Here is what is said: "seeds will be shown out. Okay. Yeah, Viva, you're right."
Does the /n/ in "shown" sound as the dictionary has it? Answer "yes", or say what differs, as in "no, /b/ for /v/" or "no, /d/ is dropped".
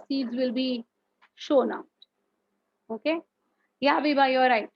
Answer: yes